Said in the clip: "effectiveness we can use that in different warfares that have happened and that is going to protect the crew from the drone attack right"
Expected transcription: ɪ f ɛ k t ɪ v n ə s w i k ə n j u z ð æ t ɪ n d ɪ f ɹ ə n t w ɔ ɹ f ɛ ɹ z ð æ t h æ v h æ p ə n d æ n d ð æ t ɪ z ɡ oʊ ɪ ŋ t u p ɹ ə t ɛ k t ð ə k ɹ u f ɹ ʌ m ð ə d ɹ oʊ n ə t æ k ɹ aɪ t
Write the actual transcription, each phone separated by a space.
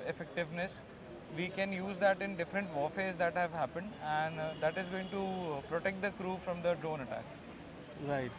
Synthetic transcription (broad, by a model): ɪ f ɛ k t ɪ v n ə s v i k ə n j u z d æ t ɪ n d ɪ f ɹ ə n t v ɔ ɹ f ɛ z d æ t h æ v h æ p ə n d æ n d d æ t ɪ z ɡ oʊ ɪ ŋ t u p ɹ ə t ɛ k t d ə k ɹ u f ɹ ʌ m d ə d ɹ oʊ n ə t æ k ɹ aɪ t